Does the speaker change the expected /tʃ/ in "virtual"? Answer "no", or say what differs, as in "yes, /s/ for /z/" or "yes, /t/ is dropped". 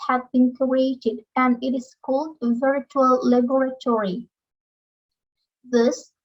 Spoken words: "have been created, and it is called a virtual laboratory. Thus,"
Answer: no